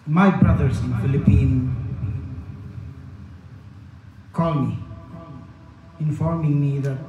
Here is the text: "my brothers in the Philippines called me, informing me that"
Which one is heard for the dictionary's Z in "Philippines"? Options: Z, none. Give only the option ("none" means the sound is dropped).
none